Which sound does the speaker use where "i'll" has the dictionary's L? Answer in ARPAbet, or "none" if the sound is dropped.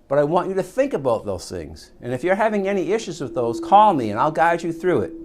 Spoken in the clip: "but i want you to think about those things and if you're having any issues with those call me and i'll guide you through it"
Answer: L